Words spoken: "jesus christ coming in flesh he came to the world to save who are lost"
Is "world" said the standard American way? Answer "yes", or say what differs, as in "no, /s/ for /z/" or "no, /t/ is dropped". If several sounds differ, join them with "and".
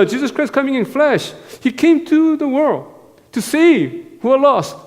yes